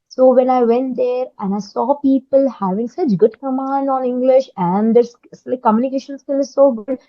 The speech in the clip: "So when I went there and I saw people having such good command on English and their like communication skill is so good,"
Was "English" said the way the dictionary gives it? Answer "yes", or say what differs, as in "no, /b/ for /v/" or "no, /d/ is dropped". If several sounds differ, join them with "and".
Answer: yes